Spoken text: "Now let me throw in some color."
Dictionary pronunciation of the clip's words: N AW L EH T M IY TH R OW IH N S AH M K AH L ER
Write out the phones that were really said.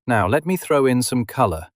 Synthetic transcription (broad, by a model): N AW L EH T M IY TH R OW IH N S AH M K AH L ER